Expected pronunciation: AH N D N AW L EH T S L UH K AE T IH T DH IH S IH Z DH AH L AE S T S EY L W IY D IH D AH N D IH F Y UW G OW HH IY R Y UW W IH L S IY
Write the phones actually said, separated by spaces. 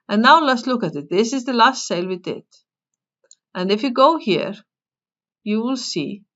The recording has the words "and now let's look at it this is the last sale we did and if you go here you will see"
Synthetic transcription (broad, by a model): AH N N AW L EH T S L UH K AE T IH T DH IH S IH Z DH AH L AE S T S EY L W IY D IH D AH N D IH F Y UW G OW HH IY R Y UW W IH L S IY